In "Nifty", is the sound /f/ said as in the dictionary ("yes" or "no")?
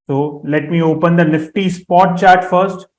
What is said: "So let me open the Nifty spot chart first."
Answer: yes